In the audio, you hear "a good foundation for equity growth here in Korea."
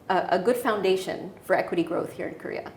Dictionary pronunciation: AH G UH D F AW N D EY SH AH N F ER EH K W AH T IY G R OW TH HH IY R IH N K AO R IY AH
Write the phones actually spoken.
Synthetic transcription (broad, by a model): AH G UH D F AW N D EY SH AH N F ER EH K W AH T IY G R OW TH HH IY R IH N K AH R IY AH